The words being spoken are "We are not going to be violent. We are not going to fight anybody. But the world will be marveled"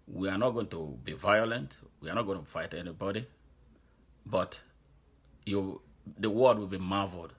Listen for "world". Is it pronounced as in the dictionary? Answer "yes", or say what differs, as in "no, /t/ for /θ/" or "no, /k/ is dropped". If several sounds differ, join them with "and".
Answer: no, /w/ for /l/